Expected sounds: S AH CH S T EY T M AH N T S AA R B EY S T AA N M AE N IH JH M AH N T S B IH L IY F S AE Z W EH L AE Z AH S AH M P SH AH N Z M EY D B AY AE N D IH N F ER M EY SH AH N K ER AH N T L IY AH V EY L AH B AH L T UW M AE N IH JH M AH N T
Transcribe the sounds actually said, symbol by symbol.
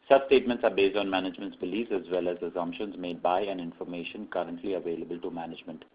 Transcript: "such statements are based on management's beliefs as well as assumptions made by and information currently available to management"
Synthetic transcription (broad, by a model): S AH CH S T EY T M AH N T S AA R B EY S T AA N M AE N IH JH M AH N T S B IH L IY S AE Z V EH L AE Z AH S AH M P SH AH N Z M EY D B AY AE N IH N F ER M EY SH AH N K ER AH N T L IY AH V EY L AH B AH L T UW M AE N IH JH M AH N T